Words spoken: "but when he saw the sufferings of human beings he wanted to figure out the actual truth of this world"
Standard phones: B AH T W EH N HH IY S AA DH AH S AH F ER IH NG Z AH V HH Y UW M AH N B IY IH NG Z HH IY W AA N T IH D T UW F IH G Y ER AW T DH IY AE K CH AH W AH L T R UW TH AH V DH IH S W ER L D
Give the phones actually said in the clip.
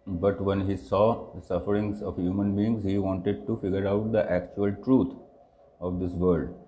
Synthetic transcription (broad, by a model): B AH T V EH N HH IY S AA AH S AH F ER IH NG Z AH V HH Y UW M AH N B IY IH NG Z HH IY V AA N T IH D T UW F IH G Y ER AW T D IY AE K CH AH AH L T R UW T AH V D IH S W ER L D